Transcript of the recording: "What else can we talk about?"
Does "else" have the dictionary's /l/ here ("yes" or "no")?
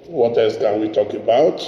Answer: no